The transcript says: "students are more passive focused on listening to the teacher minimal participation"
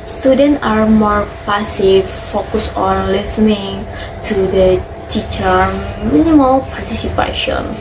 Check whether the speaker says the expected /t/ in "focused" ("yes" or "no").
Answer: no